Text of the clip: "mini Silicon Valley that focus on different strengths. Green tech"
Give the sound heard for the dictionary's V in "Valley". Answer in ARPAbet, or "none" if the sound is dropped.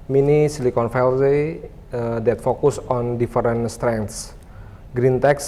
F